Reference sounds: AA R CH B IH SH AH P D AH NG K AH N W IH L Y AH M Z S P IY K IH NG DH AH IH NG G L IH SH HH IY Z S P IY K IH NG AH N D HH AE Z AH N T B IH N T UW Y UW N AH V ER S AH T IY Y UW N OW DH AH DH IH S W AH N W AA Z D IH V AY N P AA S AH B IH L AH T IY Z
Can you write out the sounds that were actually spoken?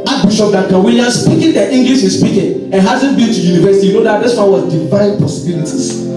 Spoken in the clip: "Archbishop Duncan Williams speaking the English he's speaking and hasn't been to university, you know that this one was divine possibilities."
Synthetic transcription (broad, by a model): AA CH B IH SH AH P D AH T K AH W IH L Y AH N S P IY K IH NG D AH IH NG G L IH SH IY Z S P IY K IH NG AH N HH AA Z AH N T B IH N T UW Y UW N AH V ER S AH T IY Y UW N OW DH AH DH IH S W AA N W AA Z D IH V AY N P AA S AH B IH L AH T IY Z